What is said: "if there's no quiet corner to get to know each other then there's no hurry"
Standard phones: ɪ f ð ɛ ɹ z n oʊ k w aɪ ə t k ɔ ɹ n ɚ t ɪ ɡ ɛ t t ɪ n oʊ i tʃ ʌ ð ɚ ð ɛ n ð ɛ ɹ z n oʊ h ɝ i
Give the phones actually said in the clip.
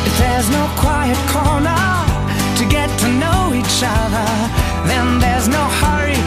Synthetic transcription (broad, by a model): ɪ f ð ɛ ɹ z n oʊ k w aɪ ə t k ɔ ɹ n ɚ t ɪ ɡ ɛ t t ɪ n oʊ i tʃ ʌ ð ɚ ð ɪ n ð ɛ ɹ z n oʊ h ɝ i